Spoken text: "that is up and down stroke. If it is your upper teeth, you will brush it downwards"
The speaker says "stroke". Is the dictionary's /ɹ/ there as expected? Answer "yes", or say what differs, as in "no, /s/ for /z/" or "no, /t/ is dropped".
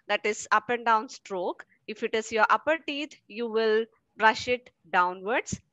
yes